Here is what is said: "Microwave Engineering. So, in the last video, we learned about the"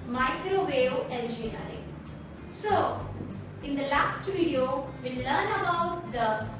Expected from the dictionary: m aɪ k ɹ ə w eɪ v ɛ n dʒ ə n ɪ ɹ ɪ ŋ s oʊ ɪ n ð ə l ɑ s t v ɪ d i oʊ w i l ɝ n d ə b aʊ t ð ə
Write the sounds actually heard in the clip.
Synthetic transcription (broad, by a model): m aɪ k ɹ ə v eɪ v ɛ l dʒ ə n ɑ ɪ s oʊ ɪ n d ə l ɑ s t v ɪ d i oʊ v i l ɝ n ə b aʊ t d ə